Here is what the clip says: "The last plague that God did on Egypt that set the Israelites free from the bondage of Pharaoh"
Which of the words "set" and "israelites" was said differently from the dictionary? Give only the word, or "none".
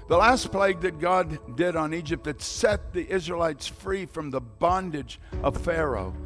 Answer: none